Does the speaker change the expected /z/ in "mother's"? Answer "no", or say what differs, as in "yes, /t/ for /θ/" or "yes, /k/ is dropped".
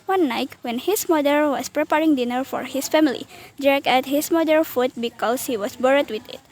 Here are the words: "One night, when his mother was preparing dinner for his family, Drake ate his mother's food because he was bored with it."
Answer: yes, /z/ is dropped